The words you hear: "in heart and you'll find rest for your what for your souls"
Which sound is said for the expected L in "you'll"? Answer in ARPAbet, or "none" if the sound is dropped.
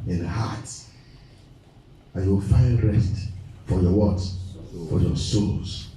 W